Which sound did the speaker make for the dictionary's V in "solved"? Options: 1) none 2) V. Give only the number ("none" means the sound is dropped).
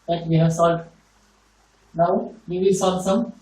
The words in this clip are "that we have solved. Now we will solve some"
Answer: 1